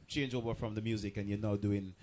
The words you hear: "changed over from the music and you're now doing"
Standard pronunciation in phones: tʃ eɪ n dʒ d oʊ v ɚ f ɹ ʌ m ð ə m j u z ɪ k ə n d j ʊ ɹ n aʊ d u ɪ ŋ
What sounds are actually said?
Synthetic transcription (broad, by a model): tʃ eɪ n dʒ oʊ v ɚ f ɹ ʌ m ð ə m j u z ɪ k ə n j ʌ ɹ n aʊ d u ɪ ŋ